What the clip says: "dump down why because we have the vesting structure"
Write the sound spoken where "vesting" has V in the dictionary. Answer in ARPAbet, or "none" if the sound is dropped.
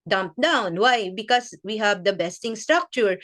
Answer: B